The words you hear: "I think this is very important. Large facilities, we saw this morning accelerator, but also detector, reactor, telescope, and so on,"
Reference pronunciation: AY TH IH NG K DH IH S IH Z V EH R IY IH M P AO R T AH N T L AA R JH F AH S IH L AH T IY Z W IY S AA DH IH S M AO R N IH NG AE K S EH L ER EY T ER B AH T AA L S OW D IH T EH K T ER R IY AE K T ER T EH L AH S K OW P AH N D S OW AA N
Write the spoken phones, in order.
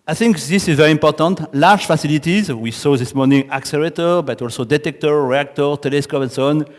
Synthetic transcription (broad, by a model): AY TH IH NG K DH IH S IH Z V EH R IY IH M P AO R T AH N T L AA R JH F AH S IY L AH T IY Z W IY S AA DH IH S M AO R N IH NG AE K S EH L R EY T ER B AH T AA L S OW D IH T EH K T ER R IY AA K T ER T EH L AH S K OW P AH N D S OW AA N